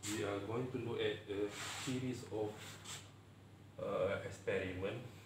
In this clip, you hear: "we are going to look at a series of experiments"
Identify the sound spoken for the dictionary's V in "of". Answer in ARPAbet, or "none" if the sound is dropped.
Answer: F